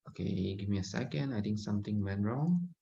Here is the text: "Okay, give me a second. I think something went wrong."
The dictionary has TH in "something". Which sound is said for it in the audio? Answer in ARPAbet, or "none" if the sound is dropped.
T